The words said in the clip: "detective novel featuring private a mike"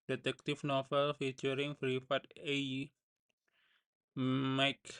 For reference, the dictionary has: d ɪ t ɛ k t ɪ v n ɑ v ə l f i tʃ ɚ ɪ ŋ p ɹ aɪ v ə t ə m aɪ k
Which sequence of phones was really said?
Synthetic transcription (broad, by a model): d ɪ t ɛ k t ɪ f n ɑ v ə l f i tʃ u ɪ ŋ f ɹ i f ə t ə m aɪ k